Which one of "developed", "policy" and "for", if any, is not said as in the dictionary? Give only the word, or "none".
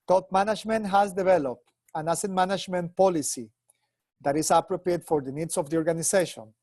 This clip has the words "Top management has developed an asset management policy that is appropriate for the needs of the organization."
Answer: none